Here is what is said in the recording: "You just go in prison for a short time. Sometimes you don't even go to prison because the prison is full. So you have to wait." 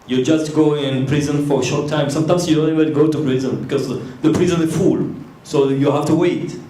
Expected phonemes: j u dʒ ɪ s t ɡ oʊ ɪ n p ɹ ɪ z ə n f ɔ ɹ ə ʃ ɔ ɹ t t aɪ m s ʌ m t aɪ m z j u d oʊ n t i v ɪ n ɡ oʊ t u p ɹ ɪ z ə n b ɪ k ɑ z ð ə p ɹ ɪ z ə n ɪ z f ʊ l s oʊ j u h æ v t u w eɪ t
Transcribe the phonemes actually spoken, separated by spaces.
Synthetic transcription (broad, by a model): j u dʒ ɪ s t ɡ oʊ ɪ n p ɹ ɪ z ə n f ɔ ɹ ə ʃ ɔ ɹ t t aɪ m s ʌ m t aɪ m s j u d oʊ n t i b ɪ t ɡ oʊ t u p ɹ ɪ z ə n b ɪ k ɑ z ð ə p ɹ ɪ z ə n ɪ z f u l s oʊ j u h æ f t u w eɪ t